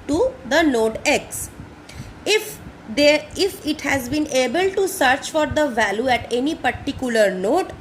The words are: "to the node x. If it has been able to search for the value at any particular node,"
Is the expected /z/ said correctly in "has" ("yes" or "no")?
yes